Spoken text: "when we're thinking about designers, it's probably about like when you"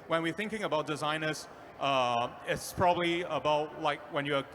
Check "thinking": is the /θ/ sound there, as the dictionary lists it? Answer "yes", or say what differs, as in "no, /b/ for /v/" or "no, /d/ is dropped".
yes